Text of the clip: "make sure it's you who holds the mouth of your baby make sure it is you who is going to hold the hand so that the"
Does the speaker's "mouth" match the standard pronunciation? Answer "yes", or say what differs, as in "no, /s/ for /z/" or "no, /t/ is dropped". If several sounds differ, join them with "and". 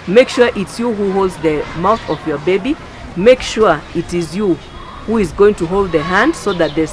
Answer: yes